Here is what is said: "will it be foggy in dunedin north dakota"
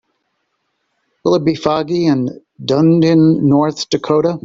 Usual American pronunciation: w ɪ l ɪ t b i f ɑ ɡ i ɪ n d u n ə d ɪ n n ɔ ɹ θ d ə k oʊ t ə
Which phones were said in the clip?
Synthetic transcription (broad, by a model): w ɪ l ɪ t b i f ɑ ɡ i ɪ n d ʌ n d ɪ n n ɔ ɹ θ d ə k oʊ t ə